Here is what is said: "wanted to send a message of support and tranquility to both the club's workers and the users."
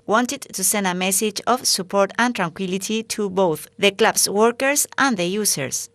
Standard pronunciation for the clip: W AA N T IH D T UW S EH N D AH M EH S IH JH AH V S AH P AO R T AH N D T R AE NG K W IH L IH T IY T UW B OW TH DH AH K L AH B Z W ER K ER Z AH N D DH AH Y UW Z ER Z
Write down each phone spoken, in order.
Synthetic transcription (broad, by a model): W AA N T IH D T UW S EH N D AH M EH S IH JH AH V S AH P AO R T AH N T R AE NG K W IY L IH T IY T UW B OW TH DH AH K L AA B S W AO K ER S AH N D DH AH Y UW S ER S